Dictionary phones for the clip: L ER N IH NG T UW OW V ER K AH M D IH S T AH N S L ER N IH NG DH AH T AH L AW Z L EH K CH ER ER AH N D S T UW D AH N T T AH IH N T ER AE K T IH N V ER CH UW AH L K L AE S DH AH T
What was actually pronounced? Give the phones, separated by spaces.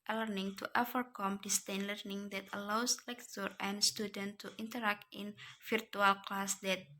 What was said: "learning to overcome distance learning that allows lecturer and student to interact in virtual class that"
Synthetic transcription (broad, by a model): L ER N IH NG T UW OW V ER K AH M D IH S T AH N L ER N IH NG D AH T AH L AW S L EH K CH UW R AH N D S T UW D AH N T T AH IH N T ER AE K T IH N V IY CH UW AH L K L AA S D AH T